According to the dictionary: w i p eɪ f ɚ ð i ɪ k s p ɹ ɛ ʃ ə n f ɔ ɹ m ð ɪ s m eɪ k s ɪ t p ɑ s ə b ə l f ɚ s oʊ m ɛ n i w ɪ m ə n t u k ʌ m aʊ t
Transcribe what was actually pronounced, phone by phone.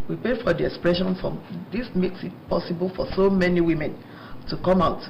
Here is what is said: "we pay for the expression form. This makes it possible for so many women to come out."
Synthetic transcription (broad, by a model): w i p eɪ f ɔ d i ɪ k s p ɹ ɛ ʃ ə n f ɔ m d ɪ s m eɪ k s ɪ t p ɑ s ə b ə l f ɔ s oʊ m ɛ n i w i m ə n t u k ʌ m aʊ t